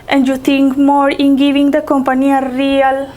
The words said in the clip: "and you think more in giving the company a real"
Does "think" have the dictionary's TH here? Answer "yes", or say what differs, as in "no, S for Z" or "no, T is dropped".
no, T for TH